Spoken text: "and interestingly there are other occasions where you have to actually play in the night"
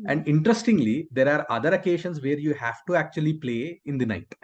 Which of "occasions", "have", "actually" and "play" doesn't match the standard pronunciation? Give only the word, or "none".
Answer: occasions